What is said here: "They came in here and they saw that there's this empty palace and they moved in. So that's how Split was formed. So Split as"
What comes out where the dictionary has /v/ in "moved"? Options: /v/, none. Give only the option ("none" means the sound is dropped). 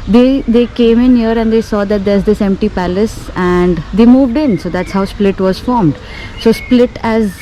/v/